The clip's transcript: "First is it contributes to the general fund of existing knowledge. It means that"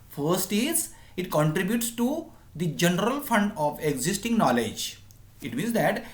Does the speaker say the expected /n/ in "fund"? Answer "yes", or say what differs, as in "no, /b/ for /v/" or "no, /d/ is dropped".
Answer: yes